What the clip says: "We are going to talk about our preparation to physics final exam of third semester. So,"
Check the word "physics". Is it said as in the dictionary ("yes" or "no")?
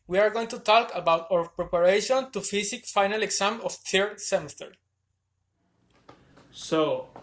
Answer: no